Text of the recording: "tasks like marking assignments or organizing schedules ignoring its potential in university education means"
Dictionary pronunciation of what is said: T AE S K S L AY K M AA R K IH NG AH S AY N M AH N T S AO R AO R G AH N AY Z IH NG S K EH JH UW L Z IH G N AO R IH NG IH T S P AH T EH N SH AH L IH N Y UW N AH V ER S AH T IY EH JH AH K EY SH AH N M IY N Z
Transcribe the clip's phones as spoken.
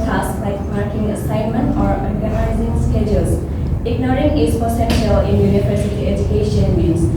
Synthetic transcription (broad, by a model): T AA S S L AY K M AA R K IH NG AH S AY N M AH N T AO R AO R G AH N AY Z IH NG S K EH JH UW L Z IH G N AO R IH NG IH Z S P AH S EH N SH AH L IH N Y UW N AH P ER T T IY EH JH AH K EY SH AH N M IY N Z